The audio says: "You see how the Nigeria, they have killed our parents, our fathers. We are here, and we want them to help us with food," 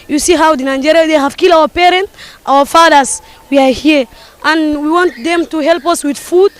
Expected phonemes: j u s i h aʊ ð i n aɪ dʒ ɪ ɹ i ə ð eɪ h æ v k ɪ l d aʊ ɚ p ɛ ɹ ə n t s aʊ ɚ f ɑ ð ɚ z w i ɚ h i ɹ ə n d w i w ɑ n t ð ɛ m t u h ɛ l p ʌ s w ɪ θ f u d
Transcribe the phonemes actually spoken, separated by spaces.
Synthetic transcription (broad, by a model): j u s i h aʊ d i n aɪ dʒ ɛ ɹ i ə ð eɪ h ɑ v k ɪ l aʊ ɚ p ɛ ɹ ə n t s aʊ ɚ f ɑ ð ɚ s w i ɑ h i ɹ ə n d w i w ɑ n t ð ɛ m t u h ɛ l p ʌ s w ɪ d f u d